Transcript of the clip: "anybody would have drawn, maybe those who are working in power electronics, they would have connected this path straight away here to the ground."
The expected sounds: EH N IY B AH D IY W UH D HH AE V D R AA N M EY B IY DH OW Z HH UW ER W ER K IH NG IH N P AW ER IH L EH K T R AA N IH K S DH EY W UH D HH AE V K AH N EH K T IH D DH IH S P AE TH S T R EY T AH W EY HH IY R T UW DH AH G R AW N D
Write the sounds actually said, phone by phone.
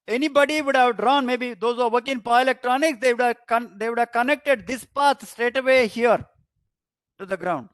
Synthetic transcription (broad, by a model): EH N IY B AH D IY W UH D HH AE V D R AA N M EY B IY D OW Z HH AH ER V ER K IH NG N P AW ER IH L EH K T R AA N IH K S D EY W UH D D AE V K AH N EH K T IH D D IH S P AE T S T R EY T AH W EY HH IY R T UW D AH G R AW N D